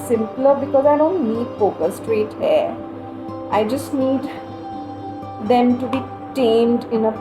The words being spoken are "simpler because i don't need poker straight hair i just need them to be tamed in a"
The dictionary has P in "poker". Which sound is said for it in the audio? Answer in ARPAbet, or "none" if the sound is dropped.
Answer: F